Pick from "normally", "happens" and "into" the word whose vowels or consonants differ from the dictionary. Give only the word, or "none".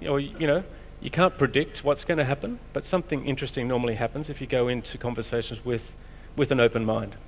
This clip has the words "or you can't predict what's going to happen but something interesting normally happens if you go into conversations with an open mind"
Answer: none